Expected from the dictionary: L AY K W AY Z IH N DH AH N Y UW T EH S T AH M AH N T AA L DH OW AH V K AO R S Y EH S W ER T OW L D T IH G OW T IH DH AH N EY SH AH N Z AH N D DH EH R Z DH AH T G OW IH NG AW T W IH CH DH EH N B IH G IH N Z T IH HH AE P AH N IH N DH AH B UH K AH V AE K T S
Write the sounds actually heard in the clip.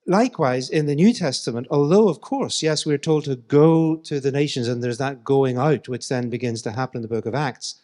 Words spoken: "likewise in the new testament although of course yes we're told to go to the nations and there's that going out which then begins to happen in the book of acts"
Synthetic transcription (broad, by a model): L AY K W AY Z IH N DH AH N Y UW T EH S T AH M AH N T AA L DH OW AH V K AO R S Y EH S W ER T OW L D T IH G OW T IH DH AH N EY SH AH N Z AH N DH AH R Z DH AH T G OW IH NG AW T W IH CH DH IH N B IH G IH N Z T IH HH AE P AH N IH N DH AH B UH K AH V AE K T S